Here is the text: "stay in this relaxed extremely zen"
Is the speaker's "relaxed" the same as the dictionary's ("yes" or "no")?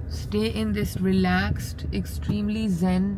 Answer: yes